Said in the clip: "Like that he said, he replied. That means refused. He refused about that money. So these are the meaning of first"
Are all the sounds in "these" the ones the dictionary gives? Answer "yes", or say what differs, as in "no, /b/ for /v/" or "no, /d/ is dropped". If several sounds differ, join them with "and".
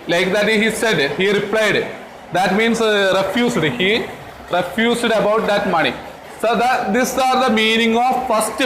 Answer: no, /s/ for /z/